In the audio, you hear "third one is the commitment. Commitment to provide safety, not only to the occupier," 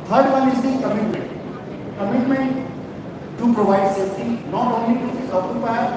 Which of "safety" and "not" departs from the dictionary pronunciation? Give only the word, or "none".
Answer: safety